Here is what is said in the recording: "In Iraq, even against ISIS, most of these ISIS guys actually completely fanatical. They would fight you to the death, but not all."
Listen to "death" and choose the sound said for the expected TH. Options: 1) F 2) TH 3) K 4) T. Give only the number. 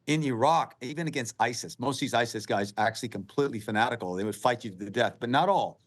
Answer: 2